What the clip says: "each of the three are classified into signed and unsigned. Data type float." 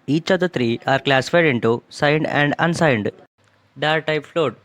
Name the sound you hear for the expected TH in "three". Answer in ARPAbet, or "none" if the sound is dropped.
T